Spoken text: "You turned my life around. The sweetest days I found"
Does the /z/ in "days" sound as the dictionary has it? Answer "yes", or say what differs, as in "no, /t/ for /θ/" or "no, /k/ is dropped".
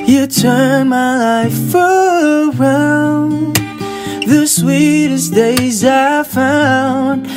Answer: yes